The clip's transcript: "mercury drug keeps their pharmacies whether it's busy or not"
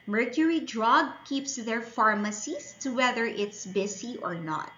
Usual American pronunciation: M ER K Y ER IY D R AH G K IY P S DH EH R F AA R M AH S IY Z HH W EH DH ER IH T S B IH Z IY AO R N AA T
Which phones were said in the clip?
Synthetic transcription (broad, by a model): M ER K Y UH IY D R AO G K IY P S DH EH R F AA R M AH S IY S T W EH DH ER IH T S B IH S IY AO R N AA T